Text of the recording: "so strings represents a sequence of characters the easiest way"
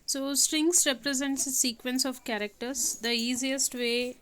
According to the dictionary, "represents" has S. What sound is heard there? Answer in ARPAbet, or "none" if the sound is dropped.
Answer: S